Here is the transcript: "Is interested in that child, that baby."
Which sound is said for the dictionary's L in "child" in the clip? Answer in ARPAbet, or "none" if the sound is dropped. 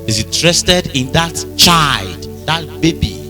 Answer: L